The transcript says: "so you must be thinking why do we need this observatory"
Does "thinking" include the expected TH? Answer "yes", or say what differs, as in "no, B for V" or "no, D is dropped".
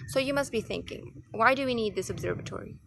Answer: yes